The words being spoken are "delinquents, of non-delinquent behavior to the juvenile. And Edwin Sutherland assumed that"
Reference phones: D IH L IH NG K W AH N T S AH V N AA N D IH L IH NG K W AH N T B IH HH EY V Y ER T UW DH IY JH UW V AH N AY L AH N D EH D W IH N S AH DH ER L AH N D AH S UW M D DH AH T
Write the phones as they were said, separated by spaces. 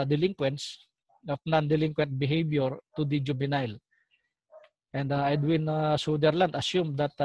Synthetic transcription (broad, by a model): D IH L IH NG K W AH N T S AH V N AA N D IH L IH NG K W AH N T B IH HH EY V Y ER T UW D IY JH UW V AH N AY L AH N D EH D W IH N S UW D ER L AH N D AH S UW M D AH T